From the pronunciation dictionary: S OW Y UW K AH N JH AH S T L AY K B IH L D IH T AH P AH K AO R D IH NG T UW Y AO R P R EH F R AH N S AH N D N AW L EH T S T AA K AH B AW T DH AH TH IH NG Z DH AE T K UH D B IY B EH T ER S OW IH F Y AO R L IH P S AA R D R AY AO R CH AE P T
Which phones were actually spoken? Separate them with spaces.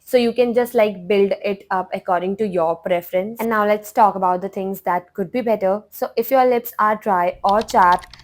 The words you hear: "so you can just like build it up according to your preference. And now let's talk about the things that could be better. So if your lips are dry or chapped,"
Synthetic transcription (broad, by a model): S OW Y UW K AH N JH AH S T L AY K B IH L D IH T AH P AH K AO R D IH NG T UW Y AO R P R EH F R AH N S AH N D N AW L EH T S T AA K AH B AW T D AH T IH NG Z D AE T K UH D B IY B EH T ER S OW IH F Y AO R L IH P S AA R D R AY AO R CH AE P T